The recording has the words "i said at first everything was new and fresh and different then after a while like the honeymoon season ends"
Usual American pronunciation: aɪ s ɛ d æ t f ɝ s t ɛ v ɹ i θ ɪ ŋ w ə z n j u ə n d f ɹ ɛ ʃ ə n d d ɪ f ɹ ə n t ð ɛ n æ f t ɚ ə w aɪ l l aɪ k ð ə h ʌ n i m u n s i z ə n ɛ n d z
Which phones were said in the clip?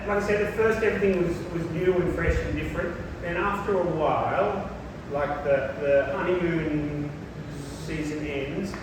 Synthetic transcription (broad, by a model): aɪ s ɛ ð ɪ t f ɝ s t ɛ v ɹ i θ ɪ ŋ w ə z n j u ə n f ɹ ɛ ʃ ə n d d ɪ f ɹ ə n t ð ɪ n æ f t ɚ ə w aɪ l l aɪ k ð ə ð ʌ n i u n s i z ə n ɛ n d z